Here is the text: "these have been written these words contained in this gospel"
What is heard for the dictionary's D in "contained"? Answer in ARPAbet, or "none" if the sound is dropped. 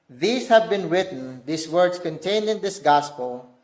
D